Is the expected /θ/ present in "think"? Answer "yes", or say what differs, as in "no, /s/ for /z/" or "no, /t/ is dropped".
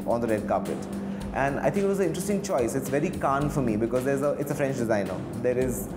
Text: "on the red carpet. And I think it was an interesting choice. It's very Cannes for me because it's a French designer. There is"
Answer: no, /t/ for /θ/